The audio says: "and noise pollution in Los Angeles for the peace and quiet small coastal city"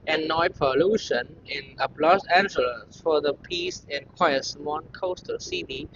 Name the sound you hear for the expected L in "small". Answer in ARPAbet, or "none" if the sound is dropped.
N